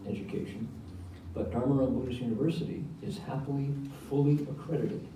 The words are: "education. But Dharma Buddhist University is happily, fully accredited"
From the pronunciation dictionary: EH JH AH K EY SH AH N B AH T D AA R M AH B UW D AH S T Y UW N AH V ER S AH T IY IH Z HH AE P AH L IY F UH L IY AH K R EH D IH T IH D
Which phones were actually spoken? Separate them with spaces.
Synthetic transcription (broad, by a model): EH JH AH K EY SH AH N B AH T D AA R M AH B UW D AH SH Y UW N AH V ER S AH T IY IH Z HH AE P L IY F UH L IY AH K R EH D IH T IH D